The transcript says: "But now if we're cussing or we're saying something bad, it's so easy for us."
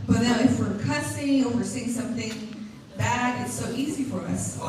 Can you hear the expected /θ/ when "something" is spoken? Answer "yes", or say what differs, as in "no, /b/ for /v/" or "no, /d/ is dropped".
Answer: yes